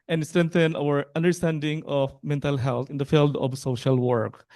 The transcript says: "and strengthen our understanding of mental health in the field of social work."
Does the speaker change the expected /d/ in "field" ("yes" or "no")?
no